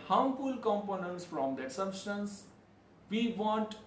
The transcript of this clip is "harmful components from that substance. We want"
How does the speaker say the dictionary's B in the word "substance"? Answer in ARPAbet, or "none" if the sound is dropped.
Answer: B